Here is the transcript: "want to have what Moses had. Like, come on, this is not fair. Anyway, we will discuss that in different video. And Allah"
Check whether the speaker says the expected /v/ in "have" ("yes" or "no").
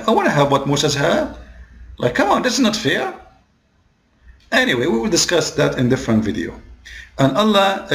yes